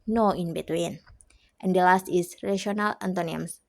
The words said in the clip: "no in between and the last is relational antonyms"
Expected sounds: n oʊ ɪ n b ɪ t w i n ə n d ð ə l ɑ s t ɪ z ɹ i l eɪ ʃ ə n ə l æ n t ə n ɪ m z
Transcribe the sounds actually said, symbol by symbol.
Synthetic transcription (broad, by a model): n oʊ ɪ n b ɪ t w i n ə n d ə l ɑ s t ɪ s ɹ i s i ə n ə l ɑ n t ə n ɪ m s